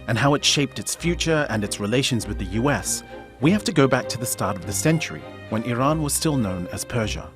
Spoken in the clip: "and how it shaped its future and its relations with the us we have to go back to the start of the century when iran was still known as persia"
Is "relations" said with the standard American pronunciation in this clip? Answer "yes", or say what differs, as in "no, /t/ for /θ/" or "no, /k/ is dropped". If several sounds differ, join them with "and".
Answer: yes